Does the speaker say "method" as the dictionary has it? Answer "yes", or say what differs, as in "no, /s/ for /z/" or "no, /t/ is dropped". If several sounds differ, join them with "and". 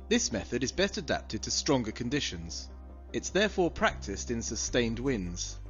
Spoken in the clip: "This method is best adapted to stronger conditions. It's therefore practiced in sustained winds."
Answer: yes